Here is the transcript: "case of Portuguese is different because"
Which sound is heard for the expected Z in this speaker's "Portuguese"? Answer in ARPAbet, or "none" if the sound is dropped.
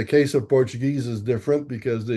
Z